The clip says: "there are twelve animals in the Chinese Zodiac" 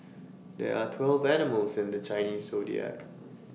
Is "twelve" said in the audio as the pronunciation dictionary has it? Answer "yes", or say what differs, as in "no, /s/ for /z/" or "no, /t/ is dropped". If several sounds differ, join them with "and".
yes